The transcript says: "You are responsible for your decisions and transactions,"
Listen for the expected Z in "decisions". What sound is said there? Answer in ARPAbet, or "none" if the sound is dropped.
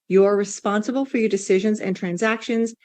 Z